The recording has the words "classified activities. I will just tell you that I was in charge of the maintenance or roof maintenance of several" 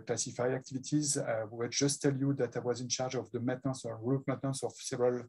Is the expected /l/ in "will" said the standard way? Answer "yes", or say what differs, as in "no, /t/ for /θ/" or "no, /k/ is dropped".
no, /w/ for /l/